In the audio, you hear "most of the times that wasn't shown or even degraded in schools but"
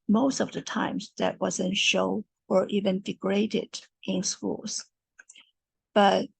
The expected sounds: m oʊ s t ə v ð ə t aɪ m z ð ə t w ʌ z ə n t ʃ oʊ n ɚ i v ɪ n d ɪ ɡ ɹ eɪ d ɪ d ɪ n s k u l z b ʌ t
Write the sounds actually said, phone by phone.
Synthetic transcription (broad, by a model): m oʊ s t ə v ð ə t aɪ m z ð ə t w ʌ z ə n ʃ oʊ ɚ i v ɪ n d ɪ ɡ ɹ eɪ d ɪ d ɪ n s k u l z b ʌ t